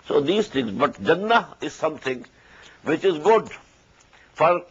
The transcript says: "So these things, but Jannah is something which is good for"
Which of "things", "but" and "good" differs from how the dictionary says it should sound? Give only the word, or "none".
things